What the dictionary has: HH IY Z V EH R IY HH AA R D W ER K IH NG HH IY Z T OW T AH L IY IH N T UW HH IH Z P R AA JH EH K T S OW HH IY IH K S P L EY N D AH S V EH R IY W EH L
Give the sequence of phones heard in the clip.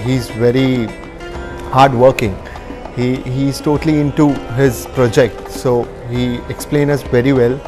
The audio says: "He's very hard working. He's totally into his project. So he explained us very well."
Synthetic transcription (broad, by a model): HH IY Z V EH R IY HH AA R D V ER K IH NG HH IY Z T OW T AH L IY IH N T UW HH IH Z P R AA JH EH K T S OW HH IY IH K S P L EY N AH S V EH R IY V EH L